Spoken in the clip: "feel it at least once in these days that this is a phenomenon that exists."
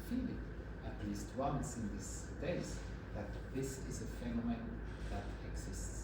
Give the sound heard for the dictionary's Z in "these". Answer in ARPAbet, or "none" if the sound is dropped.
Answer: S